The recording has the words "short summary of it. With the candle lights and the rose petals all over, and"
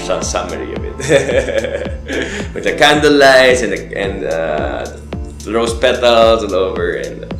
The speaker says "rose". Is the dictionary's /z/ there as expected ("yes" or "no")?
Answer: no